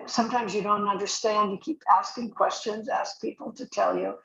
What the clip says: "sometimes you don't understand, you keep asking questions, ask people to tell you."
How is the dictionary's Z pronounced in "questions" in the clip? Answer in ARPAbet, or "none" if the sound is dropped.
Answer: Z